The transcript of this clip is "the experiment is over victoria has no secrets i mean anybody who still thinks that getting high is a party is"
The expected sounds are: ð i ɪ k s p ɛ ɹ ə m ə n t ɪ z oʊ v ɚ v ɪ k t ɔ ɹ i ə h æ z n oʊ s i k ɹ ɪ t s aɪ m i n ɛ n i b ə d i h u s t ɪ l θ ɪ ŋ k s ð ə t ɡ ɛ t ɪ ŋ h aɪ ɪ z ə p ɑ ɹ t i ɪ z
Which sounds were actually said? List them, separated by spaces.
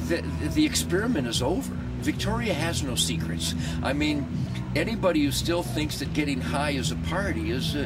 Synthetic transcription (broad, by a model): ð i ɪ k s p ɛ ɹ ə m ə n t ɪ z oʊ v ɚ v ɪ k t ɔ ɹ i ə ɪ z n oʊ s i k ɹ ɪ t s aɪ m i n ɛ n i b ə d i h u s t ɪ l θ ɪ ŋ k s ð ə t ɡ ɛ t ɪ ŋ h aɪ ɪ z ə p ɑ ɹ t i ɪ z